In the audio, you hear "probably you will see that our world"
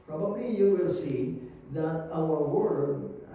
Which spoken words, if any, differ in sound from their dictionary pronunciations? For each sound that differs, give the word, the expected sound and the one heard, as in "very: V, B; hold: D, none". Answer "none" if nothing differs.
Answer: our: R, L